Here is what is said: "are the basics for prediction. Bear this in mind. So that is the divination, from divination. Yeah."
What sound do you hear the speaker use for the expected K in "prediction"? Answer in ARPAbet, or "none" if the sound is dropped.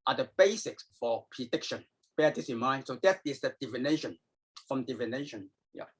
K